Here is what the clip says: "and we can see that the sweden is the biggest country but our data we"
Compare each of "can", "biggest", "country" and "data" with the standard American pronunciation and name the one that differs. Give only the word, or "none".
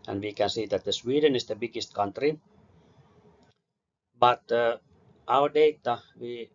none